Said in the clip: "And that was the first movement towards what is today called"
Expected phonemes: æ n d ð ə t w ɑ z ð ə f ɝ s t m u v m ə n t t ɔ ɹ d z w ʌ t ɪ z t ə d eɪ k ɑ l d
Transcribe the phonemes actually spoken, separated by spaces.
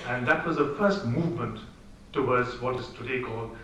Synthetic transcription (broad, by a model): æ n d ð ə t w ɑ z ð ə f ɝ s t m u v m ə n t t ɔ w d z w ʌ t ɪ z t ə d eɪ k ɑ l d